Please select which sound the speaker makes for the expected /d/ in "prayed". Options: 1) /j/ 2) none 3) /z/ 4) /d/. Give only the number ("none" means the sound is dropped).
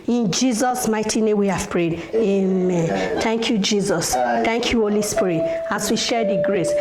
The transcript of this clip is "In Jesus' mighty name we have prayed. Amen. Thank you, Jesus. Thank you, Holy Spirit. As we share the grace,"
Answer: 4